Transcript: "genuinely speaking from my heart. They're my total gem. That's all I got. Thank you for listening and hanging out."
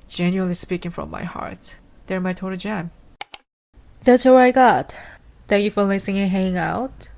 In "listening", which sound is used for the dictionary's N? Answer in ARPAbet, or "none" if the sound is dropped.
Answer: none